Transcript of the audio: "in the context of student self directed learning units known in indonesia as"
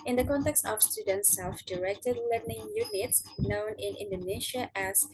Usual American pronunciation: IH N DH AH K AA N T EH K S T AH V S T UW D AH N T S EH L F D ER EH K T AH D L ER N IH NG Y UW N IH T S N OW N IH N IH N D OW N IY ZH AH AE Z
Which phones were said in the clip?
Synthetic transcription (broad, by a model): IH N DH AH K AA N T EH K S T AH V S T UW D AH N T S EH L F D ER EH K T AH D L ER N IH NG Y UW N IH T S N OW N IH N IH N D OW N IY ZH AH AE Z